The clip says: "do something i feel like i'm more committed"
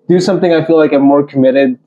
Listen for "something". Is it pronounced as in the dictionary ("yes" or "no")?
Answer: yes